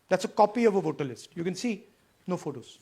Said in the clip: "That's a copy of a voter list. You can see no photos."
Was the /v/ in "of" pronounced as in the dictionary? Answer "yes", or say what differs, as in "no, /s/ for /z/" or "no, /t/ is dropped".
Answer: yes